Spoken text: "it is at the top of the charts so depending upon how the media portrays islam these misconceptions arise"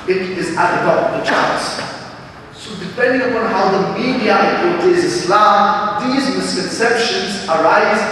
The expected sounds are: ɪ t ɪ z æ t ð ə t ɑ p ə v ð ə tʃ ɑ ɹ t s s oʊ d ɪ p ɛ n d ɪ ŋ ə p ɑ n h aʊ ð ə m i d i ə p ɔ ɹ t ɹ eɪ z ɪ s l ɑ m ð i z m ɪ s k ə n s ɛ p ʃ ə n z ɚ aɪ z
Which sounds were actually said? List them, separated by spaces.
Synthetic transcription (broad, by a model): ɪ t ɪ z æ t ð ə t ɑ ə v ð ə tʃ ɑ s s oʊ d ɪ p ɛ n d ɪ ŋ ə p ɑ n h aʊ ð ə m i d i ə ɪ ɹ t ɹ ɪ z ɪ s l ɑ m ð i z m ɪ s k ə n s ɛ p ʃ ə n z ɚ aɪ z